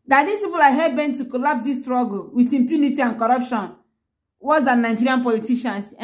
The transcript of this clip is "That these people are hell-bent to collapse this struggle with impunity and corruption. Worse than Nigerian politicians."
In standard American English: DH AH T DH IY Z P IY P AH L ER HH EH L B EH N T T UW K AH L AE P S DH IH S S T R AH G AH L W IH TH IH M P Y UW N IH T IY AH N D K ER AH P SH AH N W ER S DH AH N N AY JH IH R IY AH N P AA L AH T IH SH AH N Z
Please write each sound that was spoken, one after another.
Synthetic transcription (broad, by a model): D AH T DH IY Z P IY P AH L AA HH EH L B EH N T T UW K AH L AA P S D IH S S T R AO G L W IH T IH M P Y UW N IH T IY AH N K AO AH P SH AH N W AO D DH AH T N AY JH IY R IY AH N P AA L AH T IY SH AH N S